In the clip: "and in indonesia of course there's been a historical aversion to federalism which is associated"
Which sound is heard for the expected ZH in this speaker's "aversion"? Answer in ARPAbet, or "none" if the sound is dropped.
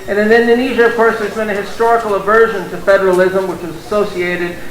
ZH